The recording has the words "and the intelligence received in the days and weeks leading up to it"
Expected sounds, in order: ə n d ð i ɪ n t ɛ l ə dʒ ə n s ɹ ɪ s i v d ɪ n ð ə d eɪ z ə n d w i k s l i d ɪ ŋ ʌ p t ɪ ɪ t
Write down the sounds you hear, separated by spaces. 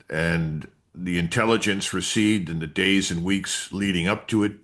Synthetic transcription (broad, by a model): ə n ð i ɪ n t ɛ l ə dʒ ə n s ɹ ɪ s i d ɪ n ð ə d eɪ z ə n w i k s l i d ɪ ŋ ʌ p t ɪ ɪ t